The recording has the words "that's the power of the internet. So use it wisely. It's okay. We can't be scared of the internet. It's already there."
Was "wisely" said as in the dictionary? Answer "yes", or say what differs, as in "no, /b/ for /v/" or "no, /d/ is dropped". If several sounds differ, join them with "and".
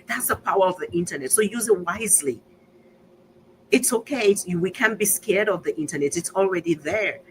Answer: yes